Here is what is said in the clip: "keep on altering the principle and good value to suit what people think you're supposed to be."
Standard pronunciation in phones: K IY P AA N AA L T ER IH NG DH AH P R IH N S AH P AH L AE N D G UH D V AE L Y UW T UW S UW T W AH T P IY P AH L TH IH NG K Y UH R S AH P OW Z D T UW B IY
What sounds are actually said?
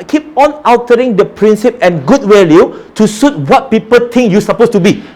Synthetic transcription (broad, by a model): K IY P AA N AA W T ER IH NG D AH P R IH N S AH P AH N G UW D W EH L Y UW T UW S UW T W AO T P IY P AH L T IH NG K Y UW S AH P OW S T UW B IY